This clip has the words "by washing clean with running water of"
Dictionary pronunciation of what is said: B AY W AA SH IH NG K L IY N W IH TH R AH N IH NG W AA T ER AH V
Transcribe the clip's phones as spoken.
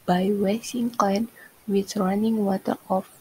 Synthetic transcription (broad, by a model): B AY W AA S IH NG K AO N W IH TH R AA N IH NG W AA T ER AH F